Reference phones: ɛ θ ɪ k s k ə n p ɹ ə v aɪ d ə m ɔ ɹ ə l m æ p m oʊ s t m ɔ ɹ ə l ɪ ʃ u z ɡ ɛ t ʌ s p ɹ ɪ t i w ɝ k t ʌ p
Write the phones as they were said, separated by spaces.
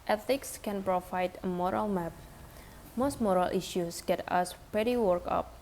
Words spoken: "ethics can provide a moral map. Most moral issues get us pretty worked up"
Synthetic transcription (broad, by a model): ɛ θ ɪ k s k ə n p ɹ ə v aɪ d ə m ɔ ɹ ə l m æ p m oʊ s t m ɔ ɹ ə l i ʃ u s ɡ ɛ t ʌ s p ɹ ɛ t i w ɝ k ʌ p